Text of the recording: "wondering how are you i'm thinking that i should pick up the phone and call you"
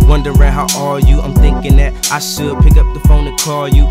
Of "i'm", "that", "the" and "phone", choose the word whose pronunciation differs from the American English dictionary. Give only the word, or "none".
none